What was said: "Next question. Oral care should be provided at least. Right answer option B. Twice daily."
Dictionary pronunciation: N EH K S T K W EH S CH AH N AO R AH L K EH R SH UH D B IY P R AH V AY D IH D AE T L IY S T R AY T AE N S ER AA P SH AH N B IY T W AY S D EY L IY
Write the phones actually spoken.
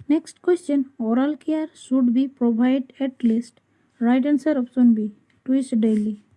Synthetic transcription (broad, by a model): N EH K S T K W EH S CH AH N AO R AH L K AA R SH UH D B IY P R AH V AY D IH T L IY S T R AY T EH N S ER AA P S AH N B IY T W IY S D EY L IY